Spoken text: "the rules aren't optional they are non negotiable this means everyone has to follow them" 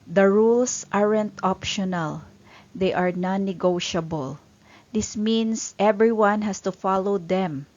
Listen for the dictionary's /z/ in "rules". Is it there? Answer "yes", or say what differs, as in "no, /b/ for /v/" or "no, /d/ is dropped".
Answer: no, /s/ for /z/